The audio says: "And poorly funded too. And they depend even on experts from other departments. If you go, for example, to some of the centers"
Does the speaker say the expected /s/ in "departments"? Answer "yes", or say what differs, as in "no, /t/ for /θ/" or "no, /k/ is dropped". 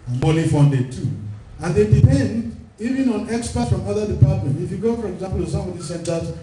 no, /s/ is dropped